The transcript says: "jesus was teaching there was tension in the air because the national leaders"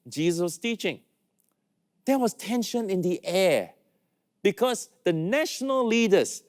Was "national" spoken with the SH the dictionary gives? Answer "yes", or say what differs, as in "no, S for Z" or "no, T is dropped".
yes